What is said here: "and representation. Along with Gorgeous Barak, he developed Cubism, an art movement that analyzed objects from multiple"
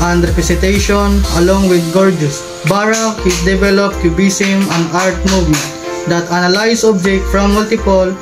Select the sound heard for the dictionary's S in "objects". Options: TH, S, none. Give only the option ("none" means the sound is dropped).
none